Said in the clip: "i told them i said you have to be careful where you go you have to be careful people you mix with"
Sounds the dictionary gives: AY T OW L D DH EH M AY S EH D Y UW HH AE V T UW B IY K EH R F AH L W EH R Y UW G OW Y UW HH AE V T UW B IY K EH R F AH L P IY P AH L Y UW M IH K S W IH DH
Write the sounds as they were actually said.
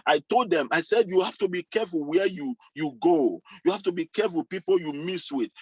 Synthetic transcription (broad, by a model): AY T OW L D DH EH M AY S EH D Y UW HH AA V T UW B IY K EH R F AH L W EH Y Y UW G OW Y UW HH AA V T UW B IY K EH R F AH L P IY P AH L Y UW M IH S W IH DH